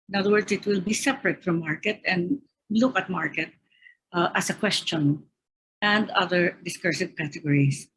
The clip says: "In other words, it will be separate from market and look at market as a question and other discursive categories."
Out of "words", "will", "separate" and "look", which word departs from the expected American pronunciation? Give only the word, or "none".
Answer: words